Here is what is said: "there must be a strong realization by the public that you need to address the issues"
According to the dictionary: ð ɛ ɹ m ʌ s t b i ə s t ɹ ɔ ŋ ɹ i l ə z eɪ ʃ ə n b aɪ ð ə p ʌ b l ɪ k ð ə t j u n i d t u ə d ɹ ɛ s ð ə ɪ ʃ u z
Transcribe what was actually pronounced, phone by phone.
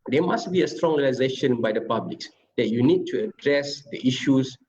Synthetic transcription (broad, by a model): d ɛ m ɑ s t b i ə s t ɹ ɔ ŋ ɹ i l ə z eɪ ʃ ə n b aɪ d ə p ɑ b l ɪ k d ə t j u n i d t u ə d ɹ ɛ s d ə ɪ ʃ u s